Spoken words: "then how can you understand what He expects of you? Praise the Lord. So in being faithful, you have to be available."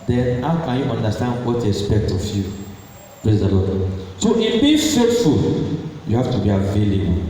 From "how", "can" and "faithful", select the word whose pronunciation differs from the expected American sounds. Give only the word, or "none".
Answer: faithful